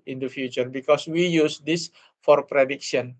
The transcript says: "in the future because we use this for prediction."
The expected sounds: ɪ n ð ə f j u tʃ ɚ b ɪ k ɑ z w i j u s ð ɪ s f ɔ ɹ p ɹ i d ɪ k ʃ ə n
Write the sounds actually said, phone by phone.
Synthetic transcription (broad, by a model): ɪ n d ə f j u tʃ ɚ b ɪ k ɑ s w i j u s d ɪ s f ɔ ɹ p ɹ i d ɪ k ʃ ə n